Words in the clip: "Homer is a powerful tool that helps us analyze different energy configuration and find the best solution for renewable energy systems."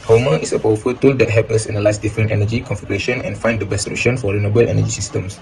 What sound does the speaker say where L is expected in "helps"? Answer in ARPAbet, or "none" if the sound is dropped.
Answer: none